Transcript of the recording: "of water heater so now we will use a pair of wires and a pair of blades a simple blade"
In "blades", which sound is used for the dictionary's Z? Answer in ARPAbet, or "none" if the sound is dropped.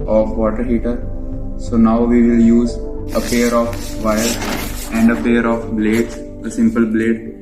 S